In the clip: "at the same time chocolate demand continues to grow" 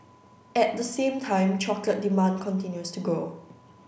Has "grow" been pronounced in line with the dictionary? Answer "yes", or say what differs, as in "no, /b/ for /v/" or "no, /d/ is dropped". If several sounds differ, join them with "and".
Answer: no, /ɹ/ is dropped